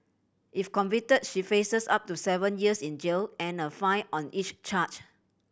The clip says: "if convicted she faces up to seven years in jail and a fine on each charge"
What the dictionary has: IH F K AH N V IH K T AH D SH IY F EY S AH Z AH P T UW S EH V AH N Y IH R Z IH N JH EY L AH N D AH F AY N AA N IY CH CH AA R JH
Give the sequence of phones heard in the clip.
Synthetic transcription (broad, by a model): IH F K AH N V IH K T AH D SH IY F EY S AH S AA P T UW S EH V AH N Y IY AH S IH N JH EY L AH N AH F AY AA N IY CH CH AA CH